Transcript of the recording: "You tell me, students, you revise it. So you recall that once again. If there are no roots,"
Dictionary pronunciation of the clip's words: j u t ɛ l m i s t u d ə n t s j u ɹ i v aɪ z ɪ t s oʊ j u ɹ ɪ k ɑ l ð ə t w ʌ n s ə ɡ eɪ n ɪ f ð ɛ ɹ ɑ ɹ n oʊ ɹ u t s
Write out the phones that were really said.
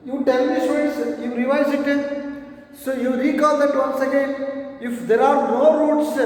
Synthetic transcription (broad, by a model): j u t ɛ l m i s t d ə t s j u ɹ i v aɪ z ɪ t s oʊ j u ɹ ɪ k ɑ l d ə t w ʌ n s ə ɡ eɪ n ɪ f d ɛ ɹ ɑ ɹ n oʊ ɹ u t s